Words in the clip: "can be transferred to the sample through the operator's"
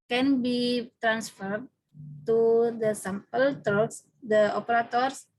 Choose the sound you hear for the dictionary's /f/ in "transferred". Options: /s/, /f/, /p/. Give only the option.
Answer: /f/